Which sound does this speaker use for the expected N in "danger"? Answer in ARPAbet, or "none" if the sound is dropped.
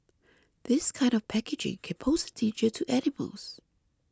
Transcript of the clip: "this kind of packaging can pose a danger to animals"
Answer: none